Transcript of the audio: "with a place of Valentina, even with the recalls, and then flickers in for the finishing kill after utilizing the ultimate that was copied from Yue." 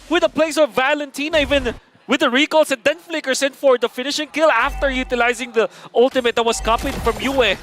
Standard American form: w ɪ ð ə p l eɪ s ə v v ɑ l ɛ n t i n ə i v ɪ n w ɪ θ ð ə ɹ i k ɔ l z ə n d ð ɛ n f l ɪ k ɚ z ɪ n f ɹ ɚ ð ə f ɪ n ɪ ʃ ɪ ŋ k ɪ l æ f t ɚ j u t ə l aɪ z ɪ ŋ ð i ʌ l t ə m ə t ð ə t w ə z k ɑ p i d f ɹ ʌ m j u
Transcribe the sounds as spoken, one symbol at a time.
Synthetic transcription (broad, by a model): w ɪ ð ə p l eɪ s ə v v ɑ l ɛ n t i n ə i v ɪ n w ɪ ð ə ɹ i k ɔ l s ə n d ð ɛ n f l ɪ k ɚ s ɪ n f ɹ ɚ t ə f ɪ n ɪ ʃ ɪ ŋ k ɪ l æ f t ɚ j u t ə l aɪ z ɪ ŋ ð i ʌ l t ə m ə t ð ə t w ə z k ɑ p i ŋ f ɹ ʌ m j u